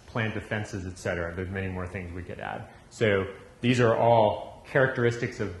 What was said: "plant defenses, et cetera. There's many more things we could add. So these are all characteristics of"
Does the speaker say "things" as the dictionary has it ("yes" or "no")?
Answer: yes